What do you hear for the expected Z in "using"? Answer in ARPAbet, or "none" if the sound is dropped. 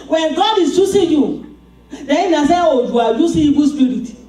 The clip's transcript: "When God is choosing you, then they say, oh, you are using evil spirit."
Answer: S